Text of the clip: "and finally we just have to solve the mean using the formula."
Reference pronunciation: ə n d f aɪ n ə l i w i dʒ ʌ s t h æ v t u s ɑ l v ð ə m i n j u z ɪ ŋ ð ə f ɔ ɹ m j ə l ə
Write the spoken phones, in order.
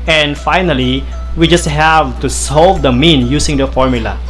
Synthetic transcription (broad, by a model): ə n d f aɪ n ə l i w i dʒ ʌ s t h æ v t u s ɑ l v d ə m i n j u s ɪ ŋ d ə f ɔ ɹ m j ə l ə